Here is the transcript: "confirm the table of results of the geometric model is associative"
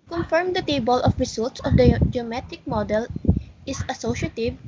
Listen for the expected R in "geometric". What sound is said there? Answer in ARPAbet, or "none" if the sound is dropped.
none